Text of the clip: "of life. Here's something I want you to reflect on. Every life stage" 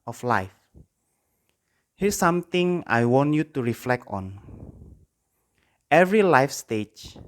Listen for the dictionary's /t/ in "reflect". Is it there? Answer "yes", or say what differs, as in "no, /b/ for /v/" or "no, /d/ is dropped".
yes